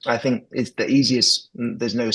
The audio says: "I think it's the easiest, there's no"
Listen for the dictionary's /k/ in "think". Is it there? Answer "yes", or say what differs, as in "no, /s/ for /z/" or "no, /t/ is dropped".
yes